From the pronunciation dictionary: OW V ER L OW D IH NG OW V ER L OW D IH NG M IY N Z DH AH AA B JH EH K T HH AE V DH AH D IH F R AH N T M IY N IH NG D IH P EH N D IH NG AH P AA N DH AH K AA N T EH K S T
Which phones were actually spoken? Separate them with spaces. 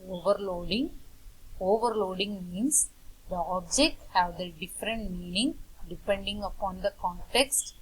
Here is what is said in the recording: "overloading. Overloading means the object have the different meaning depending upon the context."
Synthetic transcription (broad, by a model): OW V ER L OW D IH NG OW V ER L OW D IH NG M IY N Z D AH AA B JH EH K T HH AE V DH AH D IH F R AH N T M IY N IH NG D IH P EH N D IH NG AH P AA N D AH K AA N T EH K S T